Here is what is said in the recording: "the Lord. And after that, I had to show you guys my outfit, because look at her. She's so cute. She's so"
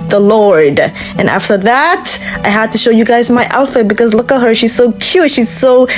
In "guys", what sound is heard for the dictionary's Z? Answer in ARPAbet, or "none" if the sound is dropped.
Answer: Z